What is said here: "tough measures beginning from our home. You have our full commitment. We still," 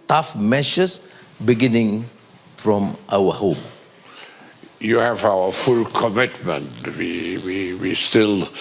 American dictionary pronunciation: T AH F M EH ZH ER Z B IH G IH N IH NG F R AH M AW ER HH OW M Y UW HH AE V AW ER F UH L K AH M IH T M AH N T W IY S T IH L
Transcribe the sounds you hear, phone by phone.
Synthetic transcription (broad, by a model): T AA F M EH SH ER S B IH G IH N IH NG F R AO M AW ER HH OW M Y UW HH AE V AW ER F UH L K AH M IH T M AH N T W IY S T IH L